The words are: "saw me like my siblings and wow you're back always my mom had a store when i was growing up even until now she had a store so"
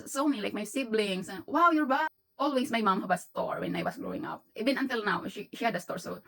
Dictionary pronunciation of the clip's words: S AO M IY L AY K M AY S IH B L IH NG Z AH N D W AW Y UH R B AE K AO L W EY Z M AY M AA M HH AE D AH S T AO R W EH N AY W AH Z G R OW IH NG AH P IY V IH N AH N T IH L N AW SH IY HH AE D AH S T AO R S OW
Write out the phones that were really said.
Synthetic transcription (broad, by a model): S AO M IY L AY K M AY S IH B L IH NG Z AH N W AW Y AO R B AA AO L W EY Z M AY M AA M HH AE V AH S T AO R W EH N AY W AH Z G R OW IH NG AH P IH B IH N AH N T IH L N AW SH IY HH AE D AH S T AO R S OW